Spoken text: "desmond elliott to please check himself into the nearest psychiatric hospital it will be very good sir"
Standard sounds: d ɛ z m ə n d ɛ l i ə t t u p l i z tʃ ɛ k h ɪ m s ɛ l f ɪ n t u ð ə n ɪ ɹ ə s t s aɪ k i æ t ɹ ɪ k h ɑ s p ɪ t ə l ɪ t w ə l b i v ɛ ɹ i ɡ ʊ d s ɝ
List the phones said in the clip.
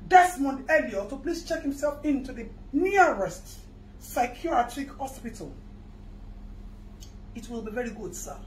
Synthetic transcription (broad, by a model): d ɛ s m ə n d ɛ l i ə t t u p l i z tʃ ɛ k h ɪ m s ɛ l f ɪ n t u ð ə n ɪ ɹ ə s t s aɪ k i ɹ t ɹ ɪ k h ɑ s p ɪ t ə l ɪ t w ə l b i v ɛ ɹ i ɡ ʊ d s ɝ